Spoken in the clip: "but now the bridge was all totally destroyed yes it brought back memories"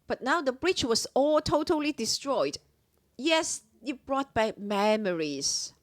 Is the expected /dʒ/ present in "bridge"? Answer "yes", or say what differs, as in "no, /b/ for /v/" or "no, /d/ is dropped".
no, /tʃ/ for /dʒ/